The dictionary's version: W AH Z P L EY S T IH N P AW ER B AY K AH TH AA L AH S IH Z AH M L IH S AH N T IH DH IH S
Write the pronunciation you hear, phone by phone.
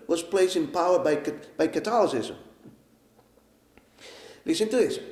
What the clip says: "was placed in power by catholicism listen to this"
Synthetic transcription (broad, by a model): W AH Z P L EY S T IH N P AW ER B AY K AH T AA L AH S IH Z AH M L IH S AH N T IH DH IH S